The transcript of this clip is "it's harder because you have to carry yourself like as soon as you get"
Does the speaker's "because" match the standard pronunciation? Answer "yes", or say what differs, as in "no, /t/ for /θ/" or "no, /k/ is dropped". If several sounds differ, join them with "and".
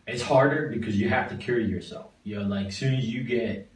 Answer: yes